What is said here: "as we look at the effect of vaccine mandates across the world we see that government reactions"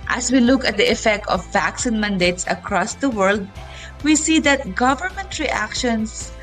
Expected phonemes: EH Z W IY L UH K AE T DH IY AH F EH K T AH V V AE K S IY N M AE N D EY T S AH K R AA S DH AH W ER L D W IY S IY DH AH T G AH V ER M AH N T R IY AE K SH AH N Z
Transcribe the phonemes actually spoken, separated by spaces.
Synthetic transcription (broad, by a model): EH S W IY L UH K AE T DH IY AH F EH K T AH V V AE K S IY N M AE N D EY T S AH K R AA S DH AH W ER L D W IY S IY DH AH T G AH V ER M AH N T R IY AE K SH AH N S